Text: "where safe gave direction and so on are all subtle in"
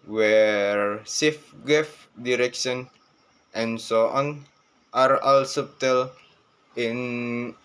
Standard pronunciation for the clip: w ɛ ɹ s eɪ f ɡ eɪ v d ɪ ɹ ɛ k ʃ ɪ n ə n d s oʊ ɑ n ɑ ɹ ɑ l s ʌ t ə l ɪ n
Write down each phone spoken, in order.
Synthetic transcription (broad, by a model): w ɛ ɹ s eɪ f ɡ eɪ f d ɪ ɹ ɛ k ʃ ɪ n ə n s oʊ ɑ n ɑ ɹ ɑ l s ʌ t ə l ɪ n